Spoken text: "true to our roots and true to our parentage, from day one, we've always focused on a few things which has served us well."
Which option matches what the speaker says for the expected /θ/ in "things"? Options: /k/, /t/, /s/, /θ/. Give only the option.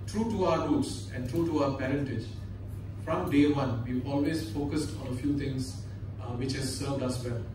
/t/